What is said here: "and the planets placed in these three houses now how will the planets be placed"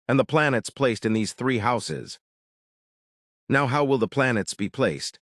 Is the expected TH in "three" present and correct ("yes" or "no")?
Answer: yes